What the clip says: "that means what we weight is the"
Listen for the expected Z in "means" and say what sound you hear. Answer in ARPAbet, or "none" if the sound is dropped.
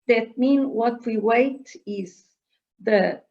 none